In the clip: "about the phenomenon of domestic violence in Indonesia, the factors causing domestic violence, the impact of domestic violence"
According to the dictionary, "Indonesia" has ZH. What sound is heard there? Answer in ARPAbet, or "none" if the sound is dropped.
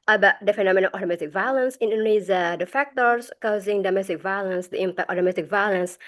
Z